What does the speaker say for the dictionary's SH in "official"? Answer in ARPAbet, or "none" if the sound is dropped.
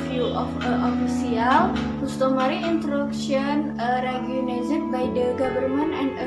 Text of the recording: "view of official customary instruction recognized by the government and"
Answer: S